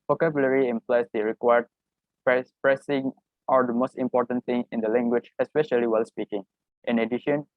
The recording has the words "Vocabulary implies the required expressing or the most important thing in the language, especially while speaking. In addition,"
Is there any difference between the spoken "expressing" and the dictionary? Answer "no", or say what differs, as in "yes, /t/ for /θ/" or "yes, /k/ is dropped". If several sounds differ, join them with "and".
yes, /k/ is dropped